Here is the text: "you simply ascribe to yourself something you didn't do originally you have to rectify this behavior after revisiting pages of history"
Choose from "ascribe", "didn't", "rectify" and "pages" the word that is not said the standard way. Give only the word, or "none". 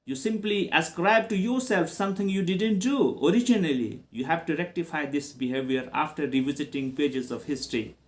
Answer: none